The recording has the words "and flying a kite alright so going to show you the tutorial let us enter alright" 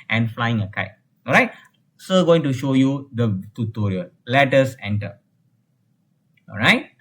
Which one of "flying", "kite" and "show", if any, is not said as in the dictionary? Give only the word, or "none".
none